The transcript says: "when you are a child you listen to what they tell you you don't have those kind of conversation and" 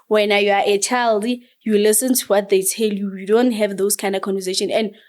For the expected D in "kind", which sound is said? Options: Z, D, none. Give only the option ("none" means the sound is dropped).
D